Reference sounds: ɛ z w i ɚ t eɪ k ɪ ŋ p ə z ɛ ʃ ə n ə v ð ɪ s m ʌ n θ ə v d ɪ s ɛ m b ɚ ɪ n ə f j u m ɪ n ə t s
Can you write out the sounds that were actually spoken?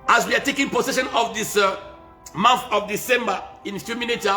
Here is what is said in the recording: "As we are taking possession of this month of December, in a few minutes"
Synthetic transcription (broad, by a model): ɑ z w i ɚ t eɪ k ɪ ŋ p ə s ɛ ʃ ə n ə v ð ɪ s m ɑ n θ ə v d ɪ s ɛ m b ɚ ɪ n f j u m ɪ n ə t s